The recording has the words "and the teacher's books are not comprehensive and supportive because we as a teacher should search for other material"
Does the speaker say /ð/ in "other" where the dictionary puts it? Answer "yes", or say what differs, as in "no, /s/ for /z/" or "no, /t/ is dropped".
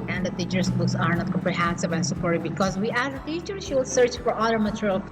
no, /ð/ is dropped